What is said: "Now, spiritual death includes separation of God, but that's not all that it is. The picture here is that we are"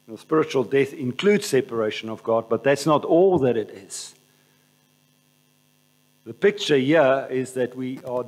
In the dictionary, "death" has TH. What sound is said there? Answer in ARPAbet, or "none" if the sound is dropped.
TH